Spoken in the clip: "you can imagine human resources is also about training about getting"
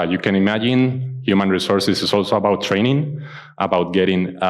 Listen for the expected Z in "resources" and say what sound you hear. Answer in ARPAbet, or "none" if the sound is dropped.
S